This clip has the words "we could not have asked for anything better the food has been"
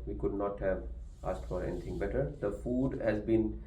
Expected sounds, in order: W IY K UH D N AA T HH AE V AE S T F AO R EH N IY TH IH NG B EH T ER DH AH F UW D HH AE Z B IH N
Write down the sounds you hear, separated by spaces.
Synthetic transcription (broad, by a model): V IY K UH D N AA T HH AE V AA S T F AO R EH N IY T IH NG B EH T ER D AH F UW D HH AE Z B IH N